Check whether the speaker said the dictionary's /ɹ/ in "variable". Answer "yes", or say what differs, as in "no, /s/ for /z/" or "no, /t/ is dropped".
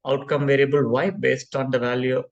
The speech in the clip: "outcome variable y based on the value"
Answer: yes